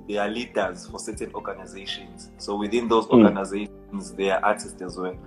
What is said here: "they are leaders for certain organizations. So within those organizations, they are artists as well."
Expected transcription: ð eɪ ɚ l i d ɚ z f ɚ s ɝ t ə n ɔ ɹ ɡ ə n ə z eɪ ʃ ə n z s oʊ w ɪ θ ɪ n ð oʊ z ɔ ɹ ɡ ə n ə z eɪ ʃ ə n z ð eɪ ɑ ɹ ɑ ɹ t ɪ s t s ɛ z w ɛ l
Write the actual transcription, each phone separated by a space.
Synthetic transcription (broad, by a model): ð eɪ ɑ l i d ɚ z f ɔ s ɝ t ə n ɔ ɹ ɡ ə n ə z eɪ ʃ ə n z s oʊ w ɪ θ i n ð oʊ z ɔ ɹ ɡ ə n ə z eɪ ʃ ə n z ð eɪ ɑ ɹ ɑ t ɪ s t ɛ z w ɛ l